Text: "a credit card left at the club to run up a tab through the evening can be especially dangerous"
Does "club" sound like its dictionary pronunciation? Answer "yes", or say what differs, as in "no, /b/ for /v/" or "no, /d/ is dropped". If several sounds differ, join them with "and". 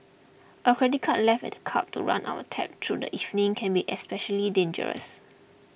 no, /l/ is dropped